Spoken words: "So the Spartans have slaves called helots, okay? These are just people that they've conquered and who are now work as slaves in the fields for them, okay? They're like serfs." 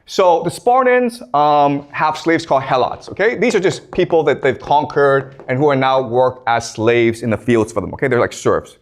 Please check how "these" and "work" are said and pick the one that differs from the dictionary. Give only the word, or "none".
none